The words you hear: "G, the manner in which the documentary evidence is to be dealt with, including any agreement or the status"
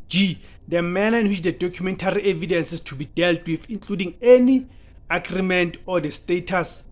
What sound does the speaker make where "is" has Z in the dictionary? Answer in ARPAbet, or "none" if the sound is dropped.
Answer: S